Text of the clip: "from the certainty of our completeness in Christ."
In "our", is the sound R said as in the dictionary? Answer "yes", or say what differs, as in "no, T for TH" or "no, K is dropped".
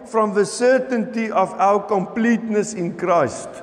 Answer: no, W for R